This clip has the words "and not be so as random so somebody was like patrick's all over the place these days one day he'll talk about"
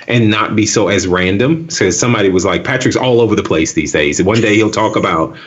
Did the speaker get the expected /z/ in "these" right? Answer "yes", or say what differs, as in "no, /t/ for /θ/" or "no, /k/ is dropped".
yes